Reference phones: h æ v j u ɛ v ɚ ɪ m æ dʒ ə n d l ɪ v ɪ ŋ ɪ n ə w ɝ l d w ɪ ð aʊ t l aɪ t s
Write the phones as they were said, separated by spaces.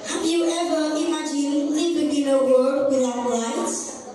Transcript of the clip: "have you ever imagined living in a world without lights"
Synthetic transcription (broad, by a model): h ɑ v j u ɛ v ɚ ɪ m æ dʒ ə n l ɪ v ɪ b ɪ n ə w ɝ d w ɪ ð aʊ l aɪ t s